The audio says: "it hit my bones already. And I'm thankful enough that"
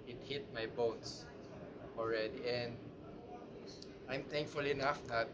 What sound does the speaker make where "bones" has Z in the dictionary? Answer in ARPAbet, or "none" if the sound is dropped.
S